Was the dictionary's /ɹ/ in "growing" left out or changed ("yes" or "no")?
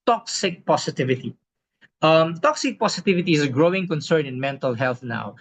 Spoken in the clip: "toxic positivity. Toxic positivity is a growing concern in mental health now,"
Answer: no